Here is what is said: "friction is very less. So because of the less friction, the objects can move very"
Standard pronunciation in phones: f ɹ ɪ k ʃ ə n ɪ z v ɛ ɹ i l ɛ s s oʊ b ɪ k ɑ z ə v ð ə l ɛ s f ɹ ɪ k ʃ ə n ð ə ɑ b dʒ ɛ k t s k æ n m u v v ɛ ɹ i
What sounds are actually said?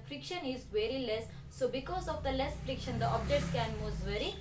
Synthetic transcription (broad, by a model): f ɹ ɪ k ʃ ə n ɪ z v ɛ ɹ i l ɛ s s oʊ b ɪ k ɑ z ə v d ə l ɛ s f ɹ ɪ k ʃ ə n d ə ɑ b dʒ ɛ t s k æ n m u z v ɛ ɹ i